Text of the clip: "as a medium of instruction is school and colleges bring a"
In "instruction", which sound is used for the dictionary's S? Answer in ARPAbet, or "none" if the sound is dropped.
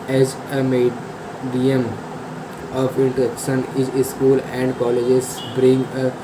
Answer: none